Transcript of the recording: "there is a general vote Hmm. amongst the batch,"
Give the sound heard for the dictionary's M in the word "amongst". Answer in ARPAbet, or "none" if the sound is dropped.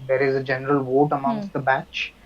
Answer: none